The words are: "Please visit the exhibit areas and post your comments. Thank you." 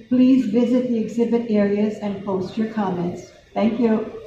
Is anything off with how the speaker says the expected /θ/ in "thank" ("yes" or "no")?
yes